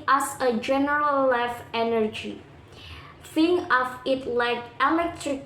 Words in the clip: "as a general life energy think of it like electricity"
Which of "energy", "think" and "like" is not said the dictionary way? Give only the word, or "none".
think